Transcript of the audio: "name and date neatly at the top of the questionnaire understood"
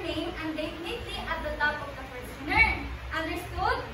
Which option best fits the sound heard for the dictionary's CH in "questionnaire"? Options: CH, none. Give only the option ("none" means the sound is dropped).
none